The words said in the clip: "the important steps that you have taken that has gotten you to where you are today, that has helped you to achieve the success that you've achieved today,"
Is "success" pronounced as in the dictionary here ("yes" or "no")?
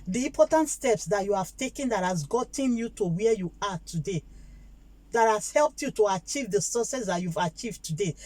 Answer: no